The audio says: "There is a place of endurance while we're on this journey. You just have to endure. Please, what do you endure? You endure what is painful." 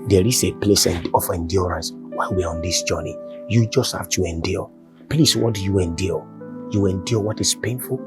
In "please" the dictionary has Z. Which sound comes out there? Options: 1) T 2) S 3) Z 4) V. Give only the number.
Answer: 2